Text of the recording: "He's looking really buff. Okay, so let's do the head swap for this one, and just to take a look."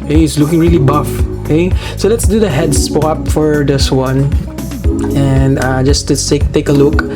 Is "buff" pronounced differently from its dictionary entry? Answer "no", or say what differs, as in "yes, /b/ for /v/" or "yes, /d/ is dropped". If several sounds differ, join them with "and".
no